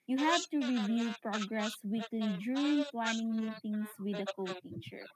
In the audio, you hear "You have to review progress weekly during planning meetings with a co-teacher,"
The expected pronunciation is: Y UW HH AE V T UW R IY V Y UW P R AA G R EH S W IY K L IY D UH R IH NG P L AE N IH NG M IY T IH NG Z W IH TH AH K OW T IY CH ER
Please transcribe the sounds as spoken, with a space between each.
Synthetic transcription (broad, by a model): Y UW HH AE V T UW R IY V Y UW P R AA G R EH S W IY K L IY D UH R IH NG P L AE N IH NG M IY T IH NG S W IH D AH K OW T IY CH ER